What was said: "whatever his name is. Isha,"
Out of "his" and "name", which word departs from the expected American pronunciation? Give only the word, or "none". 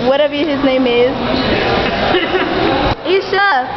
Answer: none